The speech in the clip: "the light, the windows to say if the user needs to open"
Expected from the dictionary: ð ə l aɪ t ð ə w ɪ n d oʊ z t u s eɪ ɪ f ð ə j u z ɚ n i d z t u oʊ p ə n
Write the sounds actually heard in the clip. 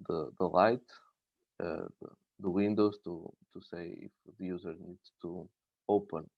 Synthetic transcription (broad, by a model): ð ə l aɪ t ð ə w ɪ n d oʊ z t u s eɪ ɪ f ð ə j u z ɚ n i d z t u oʊ p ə n